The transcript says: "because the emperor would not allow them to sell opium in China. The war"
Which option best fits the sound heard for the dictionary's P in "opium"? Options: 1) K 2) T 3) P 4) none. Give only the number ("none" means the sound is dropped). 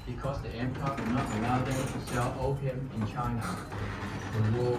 4